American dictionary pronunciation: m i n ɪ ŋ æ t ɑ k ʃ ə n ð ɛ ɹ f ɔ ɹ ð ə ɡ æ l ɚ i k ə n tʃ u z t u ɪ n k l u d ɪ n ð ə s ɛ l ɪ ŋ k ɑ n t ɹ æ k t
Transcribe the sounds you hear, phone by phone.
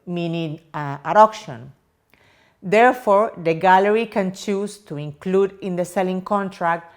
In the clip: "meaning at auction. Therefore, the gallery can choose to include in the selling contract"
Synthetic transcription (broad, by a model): m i n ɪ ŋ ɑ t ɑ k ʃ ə n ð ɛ ɹ f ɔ ɹ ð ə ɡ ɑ l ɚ i k ə n tʃ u s t u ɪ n k l u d ɪ n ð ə s ɛ l ɪ ŋ k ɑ n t ɹ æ k t